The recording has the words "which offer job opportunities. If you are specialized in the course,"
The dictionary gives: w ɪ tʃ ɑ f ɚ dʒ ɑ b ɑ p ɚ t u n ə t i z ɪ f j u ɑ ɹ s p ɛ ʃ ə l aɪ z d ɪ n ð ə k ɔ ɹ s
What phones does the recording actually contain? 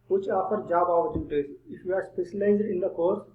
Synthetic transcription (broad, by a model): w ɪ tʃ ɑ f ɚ dʒ ɑ b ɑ ɚ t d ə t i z ɪ f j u ɑ ɹ s p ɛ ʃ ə l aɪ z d ɪ n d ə k ɔ ɹ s